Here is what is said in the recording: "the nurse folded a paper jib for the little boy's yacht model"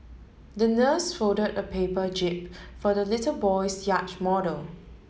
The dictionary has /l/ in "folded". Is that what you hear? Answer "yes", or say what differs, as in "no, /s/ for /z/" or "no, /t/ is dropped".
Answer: no, /l/ is dropped